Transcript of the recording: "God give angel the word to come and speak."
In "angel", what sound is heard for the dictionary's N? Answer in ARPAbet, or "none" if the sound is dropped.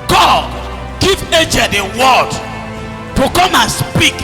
none